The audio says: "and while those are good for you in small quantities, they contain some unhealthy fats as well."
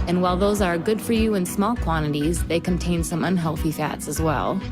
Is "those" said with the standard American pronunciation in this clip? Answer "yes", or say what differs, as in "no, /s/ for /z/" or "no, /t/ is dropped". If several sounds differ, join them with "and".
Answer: yes